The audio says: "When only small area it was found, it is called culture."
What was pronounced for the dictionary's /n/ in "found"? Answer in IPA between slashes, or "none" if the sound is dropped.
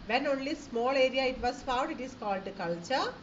none